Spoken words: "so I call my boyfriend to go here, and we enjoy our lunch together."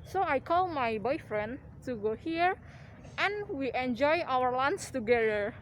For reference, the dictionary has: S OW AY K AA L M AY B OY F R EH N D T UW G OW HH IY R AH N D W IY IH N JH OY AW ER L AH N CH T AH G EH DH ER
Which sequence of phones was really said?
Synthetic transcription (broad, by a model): S OW AY K AA L M AY B OY F R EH N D T UW G OW HH IY R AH N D W IY IH N JH OY AW ER L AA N S T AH G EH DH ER